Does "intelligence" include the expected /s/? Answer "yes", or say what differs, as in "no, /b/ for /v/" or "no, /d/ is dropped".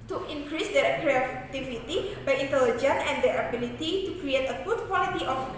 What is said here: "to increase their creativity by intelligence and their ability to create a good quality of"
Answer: no, /s/ is dropped